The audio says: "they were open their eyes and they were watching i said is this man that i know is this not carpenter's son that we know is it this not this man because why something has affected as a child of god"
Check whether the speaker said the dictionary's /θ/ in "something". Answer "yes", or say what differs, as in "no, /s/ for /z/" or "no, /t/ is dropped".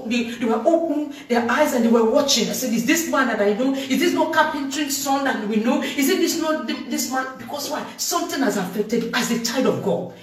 no, /t/ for /θ/